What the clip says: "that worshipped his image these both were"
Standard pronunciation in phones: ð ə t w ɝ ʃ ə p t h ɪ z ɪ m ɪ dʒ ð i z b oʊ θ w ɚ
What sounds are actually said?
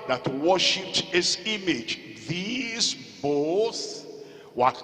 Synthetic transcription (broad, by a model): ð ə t w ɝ ʃ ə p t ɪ s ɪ m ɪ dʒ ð i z b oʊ s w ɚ